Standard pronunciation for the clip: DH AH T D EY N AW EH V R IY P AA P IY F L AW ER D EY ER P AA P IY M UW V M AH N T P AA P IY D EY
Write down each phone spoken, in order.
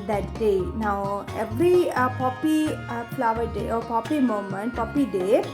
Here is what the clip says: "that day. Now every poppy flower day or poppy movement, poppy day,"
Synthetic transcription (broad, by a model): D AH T D EY N AW EH V R IY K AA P IY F L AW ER D EY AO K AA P IY M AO M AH N T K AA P IY D EY